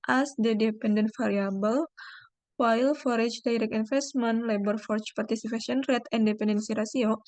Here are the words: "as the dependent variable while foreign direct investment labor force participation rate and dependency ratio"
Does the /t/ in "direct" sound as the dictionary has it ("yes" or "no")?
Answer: no